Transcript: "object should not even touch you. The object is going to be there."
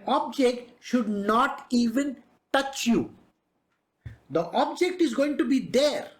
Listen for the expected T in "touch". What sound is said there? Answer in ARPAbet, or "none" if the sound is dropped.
T